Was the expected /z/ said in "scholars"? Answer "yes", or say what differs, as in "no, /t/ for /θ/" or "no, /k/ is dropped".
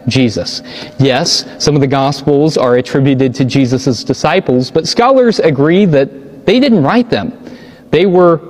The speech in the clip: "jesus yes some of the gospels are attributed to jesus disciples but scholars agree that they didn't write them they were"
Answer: yes